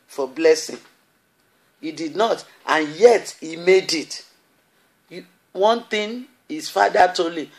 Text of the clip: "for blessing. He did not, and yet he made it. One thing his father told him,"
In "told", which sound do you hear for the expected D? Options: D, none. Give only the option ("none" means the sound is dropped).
none